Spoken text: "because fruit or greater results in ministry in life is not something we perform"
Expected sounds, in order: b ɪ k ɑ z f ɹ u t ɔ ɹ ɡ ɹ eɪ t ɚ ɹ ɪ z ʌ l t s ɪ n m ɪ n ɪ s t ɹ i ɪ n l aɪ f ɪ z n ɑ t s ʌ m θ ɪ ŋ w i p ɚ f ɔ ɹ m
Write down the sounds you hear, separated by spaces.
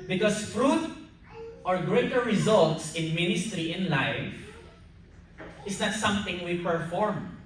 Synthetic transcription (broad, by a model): b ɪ k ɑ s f ɹ u t ɔ ɹ ɡ ɹ eɪ t ɚ ɹ ɪ z ʌ l t s ɪ n m ɪ n ɪ s t ɹ i ɪ n l aɪ f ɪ s n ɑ t s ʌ m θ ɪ ŋ w i p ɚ f ɔ ɹ m